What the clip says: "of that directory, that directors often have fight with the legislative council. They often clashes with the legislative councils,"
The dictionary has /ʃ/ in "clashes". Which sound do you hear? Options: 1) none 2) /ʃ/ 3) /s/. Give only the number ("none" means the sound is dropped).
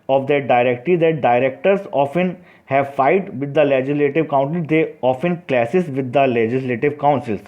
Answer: 3